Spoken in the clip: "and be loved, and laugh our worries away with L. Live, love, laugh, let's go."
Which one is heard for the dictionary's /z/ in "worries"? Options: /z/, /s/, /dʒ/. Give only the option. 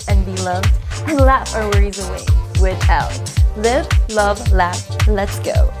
/z/